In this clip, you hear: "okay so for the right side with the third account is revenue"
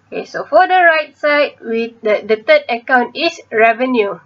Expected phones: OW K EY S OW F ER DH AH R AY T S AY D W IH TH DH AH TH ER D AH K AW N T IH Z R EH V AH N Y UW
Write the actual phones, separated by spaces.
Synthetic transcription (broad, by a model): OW K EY S OW F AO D AH R AY T S AY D W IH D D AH T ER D AH K AW N T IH S R EH V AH N Y UW